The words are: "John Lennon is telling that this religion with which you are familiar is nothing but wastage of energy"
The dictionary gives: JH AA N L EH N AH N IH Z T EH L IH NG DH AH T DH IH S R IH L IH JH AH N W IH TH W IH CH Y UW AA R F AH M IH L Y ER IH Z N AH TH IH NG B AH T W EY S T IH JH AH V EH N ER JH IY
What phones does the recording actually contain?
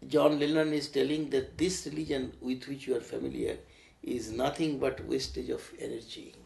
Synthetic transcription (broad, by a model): JH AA N L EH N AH N IH Z T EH L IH NG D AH T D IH S R IH L IH JH AH N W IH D W IH CH Y UW AA R F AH M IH L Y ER IH Z N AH T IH NG B AH T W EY S T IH JH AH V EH N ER JH IY